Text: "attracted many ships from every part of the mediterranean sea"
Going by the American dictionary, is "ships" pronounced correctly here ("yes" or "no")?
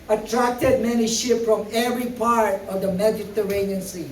no